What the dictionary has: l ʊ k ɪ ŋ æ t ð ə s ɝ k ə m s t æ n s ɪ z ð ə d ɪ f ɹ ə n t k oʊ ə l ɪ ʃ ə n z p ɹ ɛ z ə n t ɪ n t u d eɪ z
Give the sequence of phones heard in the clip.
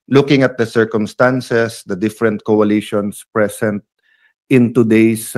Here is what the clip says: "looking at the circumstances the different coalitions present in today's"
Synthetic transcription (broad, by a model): l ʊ k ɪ ŋ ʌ t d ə s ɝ k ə m s t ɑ n s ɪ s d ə d ɪ f ɹ ə n t k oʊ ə l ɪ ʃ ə n s p ɹ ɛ s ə n t ɪ n t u d eɪ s